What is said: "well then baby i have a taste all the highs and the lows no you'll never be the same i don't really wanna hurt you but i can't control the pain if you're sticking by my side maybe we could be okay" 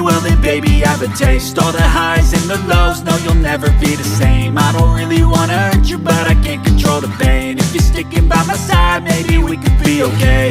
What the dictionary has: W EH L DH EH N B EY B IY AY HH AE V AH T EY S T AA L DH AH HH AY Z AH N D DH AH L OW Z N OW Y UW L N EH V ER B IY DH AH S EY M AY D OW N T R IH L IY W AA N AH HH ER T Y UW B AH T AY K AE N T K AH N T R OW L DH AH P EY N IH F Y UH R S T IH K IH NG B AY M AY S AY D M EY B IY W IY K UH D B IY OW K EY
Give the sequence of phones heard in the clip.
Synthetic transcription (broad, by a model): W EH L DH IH B EY B IY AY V AH T EY S T AA L DH AH HH AY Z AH N DH AH L OW Z N OW Y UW L N EH V ER B IY DH AH S EY M AY D OW N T R IH L IY W AA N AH ER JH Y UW B AH T AY K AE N K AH N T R OW L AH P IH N IH F Y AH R S T IH K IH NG B AY M AY S AY D M EY B IY W IY K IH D B IY OW K EY